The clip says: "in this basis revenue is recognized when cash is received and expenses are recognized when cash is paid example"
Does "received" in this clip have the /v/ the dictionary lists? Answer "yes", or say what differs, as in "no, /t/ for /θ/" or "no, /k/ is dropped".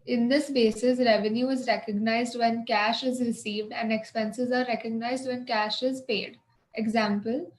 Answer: yes